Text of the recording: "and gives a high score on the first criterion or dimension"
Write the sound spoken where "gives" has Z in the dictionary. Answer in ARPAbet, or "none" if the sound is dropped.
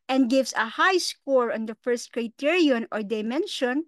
S